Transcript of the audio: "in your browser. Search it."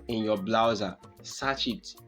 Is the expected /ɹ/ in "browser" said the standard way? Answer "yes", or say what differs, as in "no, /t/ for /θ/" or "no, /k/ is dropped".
no, /l/ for /ɹ/